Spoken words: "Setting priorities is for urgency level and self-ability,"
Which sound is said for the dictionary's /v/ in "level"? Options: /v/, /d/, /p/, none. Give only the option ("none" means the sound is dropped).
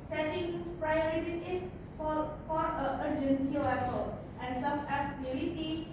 /p/